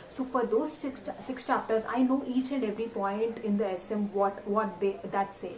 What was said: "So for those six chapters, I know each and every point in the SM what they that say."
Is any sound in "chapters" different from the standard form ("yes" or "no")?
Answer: no